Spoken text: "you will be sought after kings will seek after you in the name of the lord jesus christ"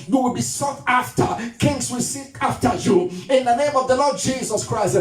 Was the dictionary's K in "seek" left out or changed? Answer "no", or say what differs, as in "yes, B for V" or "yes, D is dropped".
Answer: yes, K is dropped